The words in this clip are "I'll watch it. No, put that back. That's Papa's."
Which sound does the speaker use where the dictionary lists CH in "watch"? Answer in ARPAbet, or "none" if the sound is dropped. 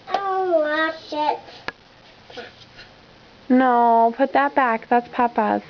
SH